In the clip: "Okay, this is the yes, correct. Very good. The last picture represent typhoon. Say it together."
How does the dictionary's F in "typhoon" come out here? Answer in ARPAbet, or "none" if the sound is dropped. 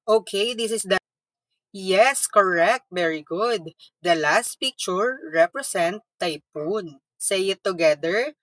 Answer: P